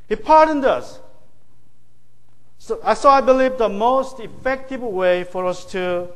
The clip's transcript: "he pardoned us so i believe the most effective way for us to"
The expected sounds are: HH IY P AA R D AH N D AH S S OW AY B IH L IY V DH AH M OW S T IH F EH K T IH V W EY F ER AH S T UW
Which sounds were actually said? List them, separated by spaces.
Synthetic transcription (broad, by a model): HH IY P AA R D AH N D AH S S OW AY B IH L IY V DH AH M OW S T IH F EH K T IH V W EY F ER AH S T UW